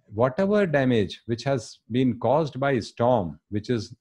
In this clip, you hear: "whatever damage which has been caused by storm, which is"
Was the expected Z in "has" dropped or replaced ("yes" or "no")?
no